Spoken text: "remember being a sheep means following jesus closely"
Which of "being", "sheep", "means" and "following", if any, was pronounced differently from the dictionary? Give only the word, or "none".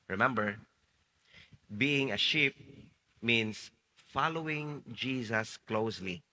means